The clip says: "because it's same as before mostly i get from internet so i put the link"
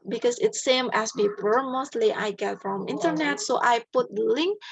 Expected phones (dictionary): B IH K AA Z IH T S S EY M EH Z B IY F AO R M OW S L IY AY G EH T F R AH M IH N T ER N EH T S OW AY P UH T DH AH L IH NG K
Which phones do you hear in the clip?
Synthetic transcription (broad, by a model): B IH K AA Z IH T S S EY M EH S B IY P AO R M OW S L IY AY G EH T F R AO M IH N T ER N EH T S OW AY P UH T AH L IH NG K